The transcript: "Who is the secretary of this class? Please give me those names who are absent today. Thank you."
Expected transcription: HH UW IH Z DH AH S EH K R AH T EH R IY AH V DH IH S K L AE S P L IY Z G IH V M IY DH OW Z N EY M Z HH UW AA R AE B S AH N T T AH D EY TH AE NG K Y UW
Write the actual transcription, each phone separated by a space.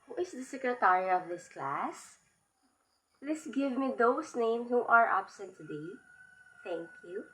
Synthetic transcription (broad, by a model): HH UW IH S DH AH S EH K R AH T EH R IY AH V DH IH S K L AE S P L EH S G IH V M IY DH OW S N EY M S HH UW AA R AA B S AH N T T AH D EY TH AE NG K Y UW